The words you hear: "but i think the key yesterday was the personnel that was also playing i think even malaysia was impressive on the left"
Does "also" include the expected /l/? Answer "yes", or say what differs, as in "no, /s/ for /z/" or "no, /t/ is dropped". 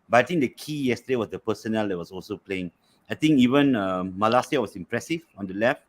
yes